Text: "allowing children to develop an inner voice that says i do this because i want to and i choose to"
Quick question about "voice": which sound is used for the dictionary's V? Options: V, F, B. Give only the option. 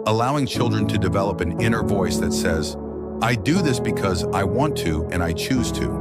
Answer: V